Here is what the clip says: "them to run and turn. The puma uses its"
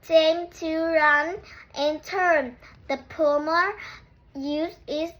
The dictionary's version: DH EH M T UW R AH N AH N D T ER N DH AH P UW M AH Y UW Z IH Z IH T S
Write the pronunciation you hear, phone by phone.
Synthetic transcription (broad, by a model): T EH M T UW R AH N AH N T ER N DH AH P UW M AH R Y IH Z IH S